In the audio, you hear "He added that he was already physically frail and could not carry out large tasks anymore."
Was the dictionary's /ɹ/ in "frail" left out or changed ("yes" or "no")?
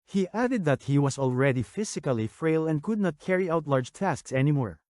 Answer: no